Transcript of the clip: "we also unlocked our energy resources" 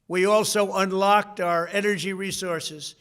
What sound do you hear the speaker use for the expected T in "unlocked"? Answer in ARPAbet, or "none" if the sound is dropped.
T